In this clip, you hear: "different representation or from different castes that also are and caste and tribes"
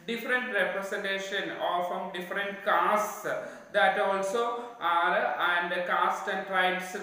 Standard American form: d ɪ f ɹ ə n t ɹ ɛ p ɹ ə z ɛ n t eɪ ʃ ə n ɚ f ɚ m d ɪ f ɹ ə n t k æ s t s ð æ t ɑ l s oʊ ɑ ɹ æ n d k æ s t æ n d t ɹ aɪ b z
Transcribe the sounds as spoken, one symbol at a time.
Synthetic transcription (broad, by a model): d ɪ f ɹ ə n t ɹ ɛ p ɹ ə s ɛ n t eɪ ʃ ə n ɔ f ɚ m d ɪ f ɹ ə n t k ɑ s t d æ t ɑ l s oʊ ɑ ɹ æ n d k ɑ s t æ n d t ɹ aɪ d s